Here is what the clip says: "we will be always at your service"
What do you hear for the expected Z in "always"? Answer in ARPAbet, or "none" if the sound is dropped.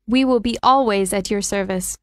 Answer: Z